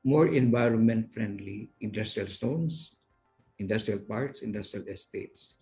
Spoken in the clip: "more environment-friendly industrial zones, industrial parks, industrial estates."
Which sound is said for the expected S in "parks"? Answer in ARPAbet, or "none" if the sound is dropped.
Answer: S